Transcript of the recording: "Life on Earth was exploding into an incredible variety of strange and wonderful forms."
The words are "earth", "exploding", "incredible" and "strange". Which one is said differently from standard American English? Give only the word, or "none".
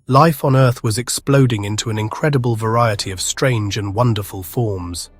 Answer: none